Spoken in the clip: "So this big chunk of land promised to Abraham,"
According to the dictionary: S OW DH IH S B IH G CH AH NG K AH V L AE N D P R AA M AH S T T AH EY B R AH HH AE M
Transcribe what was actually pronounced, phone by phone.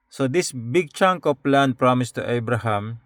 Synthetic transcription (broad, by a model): S OW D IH S B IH G CH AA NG K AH P L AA N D P R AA M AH S T T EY B R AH HH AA M